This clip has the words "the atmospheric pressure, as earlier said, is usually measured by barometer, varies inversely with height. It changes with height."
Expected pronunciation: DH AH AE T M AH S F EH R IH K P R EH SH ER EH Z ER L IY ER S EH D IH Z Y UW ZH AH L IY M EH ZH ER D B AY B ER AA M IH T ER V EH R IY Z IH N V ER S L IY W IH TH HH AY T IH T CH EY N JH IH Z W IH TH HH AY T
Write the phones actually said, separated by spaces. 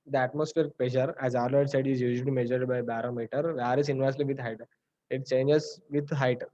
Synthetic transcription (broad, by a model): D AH AE T M AH S F EH R IH K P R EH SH ER EH Z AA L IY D S EH D IH Z Y UW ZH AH L IY M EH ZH ER D B AY B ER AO M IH T ER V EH R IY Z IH N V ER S L IY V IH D HH AY T IH T CH EY N JH IH Z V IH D HH AY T